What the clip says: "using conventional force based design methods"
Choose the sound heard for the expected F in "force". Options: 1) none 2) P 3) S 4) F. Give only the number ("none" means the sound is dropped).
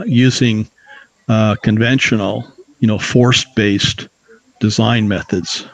4